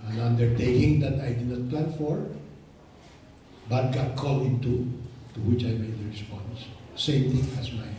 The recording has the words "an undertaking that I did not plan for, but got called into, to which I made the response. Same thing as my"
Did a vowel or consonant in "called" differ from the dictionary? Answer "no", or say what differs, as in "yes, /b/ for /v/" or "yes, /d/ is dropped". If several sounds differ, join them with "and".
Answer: yes, /d/ is dropped